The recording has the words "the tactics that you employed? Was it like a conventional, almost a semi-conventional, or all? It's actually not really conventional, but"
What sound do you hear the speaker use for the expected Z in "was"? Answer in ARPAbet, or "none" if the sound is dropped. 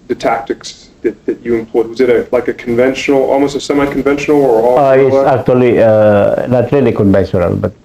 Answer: Z